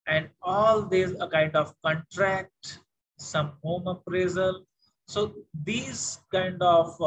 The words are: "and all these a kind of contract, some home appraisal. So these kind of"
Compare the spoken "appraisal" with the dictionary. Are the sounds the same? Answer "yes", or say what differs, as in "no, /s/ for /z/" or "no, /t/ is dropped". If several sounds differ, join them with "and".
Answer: yes